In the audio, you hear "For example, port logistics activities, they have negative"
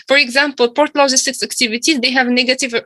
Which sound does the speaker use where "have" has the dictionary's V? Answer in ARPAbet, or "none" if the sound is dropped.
V